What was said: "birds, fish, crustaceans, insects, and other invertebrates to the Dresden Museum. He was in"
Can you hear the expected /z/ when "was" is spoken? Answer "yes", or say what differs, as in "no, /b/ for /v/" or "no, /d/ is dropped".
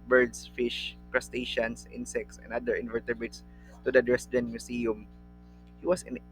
no, /s/ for /z/